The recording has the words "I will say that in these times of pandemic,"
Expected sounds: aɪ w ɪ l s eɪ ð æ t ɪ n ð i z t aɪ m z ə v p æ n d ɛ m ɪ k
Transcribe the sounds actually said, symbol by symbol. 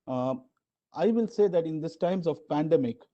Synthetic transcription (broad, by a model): aɪ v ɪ l s eɪ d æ t ɪ n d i s t aɪ m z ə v p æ n d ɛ m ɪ k